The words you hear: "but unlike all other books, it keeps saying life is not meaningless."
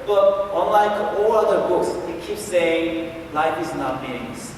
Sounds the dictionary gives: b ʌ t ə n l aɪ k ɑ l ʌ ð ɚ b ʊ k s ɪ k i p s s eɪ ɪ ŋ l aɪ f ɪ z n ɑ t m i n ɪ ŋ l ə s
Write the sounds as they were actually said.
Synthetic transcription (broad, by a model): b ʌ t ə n l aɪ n ɑ l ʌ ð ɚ b ʊ k s ɪ k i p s s eɪ ɪ ŋ l aɪ f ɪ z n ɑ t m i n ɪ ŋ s